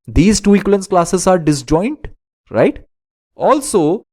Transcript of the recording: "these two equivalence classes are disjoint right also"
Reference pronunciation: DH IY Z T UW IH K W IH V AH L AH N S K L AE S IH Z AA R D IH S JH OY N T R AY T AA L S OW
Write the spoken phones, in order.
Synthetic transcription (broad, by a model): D IY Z T UW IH K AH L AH N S K L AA S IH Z AA R D IH S JH OY N T R AY T AA L S OW